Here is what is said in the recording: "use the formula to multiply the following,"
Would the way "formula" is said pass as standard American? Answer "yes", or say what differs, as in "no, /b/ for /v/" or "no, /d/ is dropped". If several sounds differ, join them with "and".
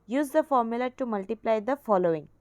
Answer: yes